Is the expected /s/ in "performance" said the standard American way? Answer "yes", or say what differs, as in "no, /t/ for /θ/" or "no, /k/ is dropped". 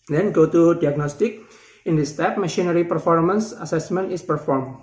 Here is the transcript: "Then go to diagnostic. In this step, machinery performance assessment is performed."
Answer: yes